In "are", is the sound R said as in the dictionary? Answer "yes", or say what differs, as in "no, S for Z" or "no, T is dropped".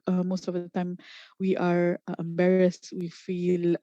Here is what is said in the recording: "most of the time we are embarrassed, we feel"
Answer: yes